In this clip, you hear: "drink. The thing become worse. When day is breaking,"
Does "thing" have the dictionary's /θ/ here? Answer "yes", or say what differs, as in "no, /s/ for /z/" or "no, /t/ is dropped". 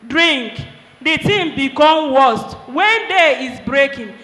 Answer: no, /t/ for /θ/